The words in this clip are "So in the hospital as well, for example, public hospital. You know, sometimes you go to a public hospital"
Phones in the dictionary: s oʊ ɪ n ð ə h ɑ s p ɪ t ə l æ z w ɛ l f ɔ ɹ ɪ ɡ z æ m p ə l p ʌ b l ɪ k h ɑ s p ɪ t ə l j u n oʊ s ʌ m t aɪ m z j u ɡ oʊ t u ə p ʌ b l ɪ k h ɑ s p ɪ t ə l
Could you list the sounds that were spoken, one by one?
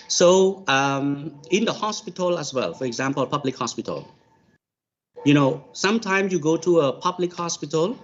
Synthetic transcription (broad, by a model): s oʊ ɪ n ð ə h ɑ s p ɪ t ə l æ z w ɛ l f ɔ ɹ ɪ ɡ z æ m p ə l p ʌ b l ɪ k h ɑ s p ɪ t ə l j u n oʊ s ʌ m t aɪ m s j u ɡ oʊ t u ə p ʌ b l ɪ k h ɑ s p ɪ t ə l